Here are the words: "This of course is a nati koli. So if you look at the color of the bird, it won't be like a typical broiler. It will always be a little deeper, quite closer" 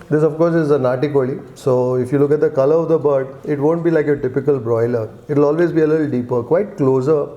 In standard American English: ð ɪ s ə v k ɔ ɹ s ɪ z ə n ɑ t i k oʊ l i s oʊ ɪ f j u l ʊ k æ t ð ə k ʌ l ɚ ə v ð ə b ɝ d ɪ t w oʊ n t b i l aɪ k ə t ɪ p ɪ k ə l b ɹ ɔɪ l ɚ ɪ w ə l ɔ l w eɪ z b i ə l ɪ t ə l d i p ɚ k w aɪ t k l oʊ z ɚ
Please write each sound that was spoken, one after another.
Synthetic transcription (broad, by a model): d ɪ s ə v k ɔ ɹ s ɪ z ə n ɑ t i k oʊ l i s oʊ ɪ f j u l ʊ k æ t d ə k ʌ l ɚ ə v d ə b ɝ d ɪ t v oʊ n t b i l aɪ k ə t ɪ p ɪ k ə l b ɹ ɔɪ l ɚ ɪ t l ɔ l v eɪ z b i ə l ɪ t l d i p ɚ k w aɪ t k l oʊ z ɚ